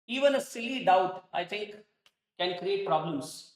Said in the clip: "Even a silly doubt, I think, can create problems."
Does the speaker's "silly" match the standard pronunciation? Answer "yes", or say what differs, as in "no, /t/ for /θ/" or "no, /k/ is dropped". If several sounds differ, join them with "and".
yes